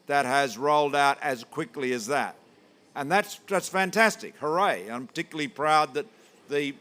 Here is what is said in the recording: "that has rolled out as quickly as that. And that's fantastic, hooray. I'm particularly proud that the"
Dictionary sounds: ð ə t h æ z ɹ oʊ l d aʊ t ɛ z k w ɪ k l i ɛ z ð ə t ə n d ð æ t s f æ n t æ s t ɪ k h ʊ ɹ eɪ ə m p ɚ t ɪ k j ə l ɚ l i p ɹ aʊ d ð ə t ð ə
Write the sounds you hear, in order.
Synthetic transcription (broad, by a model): ð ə t h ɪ z ɹ oʊ l d aʊ t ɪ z k w ɪ k l i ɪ z ð ə t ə n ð ð æ t s f æ n t æ s t ɪ k h ʊ ɹ eɪ ə m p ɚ t ɪ k j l l i p ɹ aʊ d ð ə t ð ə